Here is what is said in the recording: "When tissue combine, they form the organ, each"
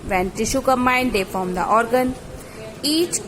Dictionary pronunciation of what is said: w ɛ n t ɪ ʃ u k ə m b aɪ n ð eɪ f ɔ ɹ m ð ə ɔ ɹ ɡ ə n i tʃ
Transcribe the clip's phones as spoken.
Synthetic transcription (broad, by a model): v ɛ n t ɪ ʃ u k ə m aɪ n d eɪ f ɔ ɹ m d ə ɔ ɹ ɡ ə n i tʃ